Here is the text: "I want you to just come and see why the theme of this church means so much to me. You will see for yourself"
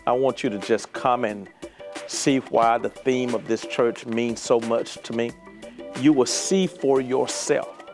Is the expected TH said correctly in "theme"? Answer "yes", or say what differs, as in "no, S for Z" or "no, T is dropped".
yes